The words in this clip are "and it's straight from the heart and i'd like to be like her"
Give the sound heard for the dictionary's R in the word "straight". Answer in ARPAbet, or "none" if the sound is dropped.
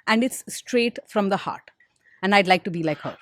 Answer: R